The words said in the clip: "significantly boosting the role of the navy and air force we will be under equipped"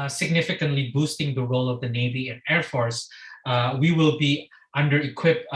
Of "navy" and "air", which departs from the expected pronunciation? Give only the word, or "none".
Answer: none